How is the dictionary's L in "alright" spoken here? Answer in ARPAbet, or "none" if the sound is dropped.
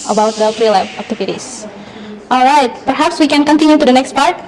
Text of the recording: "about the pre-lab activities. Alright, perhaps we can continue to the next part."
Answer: L